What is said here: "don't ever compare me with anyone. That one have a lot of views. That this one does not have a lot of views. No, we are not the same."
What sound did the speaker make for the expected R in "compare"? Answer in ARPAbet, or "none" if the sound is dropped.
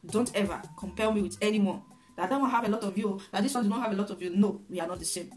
L